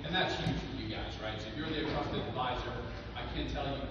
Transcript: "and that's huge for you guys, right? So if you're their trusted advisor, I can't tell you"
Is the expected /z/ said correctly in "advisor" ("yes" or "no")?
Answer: yes